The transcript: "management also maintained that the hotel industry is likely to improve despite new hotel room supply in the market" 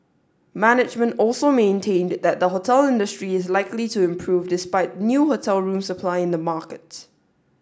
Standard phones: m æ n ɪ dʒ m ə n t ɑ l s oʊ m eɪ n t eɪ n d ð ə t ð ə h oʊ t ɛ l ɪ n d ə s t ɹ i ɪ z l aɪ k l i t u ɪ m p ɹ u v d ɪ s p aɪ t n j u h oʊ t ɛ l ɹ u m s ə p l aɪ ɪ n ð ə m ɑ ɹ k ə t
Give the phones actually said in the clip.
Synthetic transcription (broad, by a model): m æ n ɪ dʒ m ə n t ɑ l s oʊ m eɪ n t eɪ n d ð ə t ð ə h oʊ t ɛ l ɪ n d ə s t ɹ i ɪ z l aɪ k l i t u ɪ m p ɹ u v d ɪ s p aɪ t n j u h oʊ t ɛ l ɹ u m s ə p l aɪ ɪ n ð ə m ɑ k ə t